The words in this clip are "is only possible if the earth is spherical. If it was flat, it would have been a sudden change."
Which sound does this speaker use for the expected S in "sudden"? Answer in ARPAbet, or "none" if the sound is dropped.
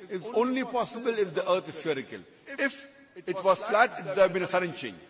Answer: S